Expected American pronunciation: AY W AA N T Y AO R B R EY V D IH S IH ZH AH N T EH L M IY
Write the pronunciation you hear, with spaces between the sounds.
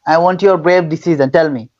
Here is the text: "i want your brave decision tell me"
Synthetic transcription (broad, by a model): AY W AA N T Y AO R B R EY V D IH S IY Z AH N T EH L M IY